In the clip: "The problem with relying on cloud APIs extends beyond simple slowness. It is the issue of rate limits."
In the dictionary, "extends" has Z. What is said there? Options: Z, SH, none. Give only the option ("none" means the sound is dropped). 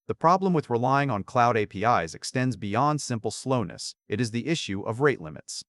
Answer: Z